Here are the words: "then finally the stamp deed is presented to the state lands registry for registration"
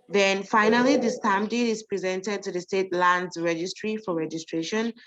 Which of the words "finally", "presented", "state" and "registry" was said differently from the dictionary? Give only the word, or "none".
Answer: none